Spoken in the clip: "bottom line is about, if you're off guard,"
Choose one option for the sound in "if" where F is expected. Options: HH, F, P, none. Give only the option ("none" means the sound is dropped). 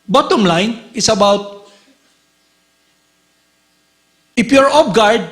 P